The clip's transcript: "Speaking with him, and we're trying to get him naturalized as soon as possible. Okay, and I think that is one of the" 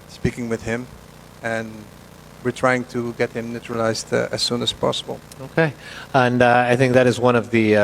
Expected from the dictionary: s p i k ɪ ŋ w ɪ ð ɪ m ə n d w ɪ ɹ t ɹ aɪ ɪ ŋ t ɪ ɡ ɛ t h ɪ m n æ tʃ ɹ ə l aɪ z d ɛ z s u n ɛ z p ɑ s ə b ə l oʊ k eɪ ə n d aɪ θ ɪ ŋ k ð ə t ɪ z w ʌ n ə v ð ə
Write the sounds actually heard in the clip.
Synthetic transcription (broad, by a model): s p i k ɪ ŋ w ɪ ð ɪ m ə n w ɪ ɹ t ɹ aɪ ɪ ŋ t ɪ ɡ ɛ t h ɪ m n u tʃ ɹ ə l aɪ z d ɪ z s u n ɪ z p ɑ s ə b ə l oʊ k eɪ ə n aɪ θ ɪ ŋ k ð ə t ɪ z w ʌ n ə v ð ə